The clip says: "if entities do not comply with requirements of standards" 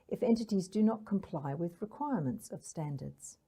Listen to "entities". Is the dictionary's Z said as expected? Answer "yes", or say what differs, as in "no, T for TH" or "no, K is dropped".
yes